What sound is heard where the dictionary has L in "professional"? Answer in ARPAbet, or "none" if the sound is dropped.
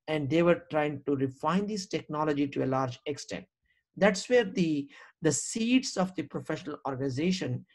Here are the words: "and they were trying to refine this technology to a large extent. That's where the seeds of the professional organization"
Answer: L